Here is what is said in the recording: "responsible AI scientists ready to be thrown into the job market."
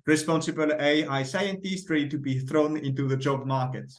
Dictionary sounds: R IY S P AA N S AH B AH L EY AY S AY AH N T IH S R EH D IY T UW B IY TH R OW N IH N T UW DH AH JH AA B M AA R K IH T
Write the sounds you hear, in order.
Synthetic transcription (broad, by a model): R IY S P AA N S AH B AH L EY AY S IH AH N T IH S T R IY T UW B IY TH R OW N IH N T UW DH AH JH AA B M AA R K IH T